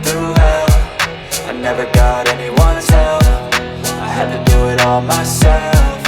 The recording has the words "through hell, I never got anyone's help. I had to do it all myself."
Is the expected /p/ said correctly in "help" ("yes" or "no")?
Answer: no